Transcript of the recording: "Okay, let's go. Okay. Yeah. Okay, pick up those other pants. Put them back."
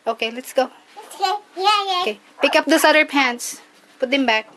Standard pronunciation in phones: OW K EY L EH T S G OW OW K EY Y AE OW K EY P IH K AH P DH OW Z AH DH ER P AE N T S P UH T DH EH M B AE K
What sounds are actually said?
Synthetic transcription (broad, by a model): OW K EY L EH T S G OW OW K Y OW K EY P IH K AH P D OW S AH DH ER P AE N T S P UH T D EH M B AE K